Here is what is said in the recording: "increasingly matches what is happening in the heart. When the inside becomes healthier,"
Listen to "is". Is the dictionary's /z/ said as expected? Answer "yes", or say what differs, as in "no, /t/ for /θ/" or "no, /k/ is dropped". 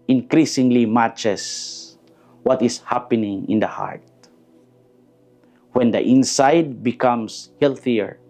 no, /s/ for /z/